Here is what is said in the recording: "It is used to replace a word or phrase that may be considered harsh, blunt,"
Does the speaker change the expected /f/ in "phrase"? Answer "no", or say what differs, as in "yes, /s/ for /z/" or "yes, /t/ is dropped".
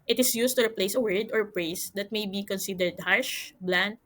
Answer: yes, /p/ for /f/